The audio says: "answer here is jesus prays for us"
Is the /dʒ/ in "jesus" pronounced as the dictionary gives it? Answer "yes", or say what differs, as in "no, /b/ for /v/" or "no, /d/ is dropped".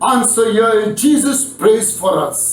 yes